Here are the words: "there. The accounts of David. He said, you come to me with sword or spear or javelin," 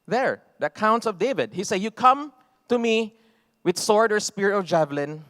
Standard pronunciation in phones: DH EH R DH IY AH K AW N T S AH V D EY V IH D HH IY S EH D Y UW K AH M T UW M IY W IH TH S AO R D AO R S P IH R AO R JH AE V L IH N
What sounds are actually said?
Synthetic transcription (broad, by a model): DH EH R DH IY AH K AW N T S AH V D EY V IH D HH IY S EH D Y UW K AH M T UW M IY W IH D S AO R D AO R S P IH R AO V JH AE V L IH N